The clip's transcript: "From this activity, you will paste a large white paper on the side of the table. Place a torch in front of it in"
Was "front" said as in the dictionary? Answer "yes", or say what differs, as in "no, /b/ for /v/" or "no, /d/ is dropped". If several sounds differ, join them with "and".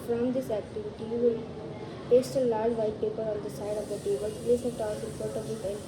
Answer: no, /ɹ/ is dropped and /n/ is dropped